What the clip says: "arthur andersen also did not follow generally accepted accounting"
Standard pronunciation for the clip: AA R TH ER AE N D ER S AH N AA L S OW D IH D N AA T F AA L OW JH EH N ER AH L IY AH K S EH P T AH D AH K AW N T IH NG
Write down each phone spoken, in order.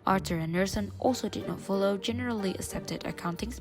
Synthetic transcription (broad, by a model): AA R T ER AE N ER S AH N AA L S OW D IH D N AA T F AA L OW JH EH N ER AH L IY AH K S EH P T AH D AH K AW N T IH NG